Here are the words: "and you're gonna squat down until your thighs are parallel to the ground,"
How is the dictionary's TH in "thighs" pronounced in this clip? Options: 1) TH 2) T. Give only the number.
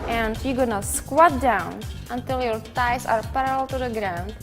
2